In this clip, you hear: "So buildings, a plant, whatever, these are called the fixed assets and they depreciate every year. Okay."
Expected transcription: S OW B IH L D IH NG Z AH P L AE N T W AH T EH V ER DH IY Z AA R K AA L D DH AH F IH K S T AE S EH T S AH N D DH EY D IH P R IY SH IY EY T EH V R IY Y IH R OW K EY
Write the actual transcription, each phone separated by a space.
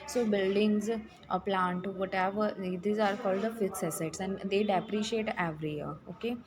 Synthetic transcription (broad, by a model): S OW B IH L D IH NG Z AH P L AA N T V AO T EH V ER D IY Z AA R K AA L D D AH F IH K S AE S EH T S AH N D EY D IH P R IY SH IY EY T EH V R IY Y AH R OW K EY